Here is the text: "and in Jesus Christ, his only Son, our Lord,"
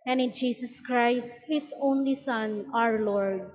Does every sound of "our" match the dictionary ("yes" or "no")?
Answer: yes